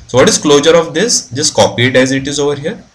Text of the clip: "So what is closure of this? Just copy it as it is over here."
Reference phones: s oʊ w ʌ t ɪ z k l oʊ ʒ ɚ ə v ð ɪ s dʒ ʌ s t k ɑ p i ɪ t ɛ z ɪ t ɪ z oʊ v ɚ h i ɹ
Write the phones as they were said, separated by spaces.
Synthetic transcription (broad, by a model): s oʊ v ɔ t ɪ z k l oʊ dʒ ɚ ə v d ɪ s dʒ ʌ s t k ɑ p i ɪ t ɛ z ɪ t ɪ z oʊ v ɚ h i ɹ